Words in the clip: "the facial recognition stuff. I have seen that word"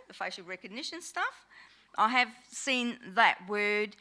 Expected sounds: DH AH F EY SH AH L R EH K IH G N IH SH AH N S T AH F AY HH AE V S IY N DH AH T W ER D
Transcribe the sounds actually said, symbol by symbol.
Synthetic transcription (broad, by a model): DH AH F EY AH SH R EH K IH G N IH SH AH N S T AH F AY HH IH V S IY N DH AH T W ER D